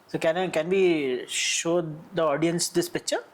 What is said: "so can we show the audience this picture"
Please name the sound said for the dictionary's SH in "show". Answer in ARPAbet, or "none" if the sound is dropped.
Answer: SH